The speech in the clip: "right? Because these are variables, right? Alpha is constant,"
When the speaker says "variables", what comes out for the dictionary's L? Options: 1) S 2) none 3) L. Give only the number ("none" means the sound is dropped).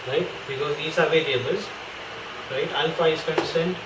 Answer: 2